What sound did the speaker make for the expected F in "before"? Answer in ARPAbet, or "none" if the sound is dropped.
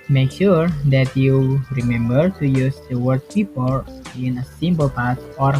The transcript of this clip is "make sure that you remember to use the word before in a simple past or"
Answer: P